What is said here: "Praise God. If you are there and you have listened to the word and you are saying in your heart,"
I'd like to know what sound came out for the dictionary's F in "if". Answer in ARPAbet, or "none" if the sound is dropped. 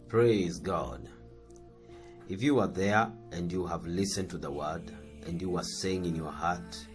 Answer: F